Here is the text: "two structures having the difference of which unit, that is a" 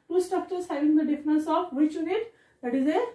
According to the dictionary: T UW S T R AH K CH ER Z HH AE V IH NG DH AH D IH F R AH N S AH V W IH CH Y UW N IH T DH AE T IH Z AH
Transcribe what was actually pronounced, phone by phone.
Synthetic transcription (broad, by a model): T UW S T AH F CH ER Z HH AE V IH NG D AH D IH F R AH N S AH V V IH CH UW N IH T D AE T IH Z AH